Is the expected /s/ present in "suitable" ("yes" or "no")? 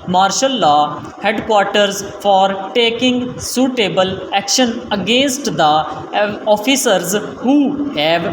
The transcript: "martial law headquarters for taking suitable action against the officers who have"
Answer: yes